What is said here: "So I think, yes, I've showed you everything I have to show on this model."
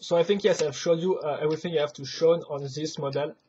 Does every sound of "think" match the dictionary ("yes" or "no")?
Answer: yes